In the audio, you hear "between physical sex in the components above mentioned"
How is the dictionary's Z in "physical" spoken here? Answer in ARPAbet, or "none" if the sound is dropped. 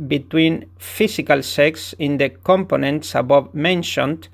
S